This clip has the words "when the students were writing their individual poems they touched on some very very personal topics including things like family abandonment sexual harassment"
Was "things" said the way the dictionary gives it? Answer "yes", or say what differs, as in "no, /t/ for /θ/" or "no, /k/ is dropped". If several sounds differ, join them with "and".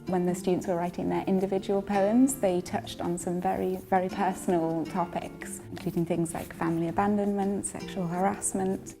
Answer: yes